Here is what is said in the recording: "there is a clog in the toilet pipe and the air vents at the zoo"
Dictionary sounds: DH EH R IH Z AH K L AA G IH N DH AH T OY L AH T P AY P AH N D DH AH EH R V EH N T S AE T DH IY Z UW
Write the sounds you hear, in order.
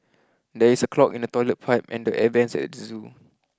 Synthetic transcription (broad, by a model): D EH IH S AH K L AA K IH N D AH T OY L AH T P AY P AH N D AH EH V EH N S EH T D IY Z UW